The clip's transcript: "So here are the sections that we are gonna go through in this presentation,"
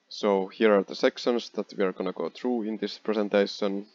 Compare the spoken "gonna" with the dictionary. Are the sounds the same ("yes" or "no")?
yes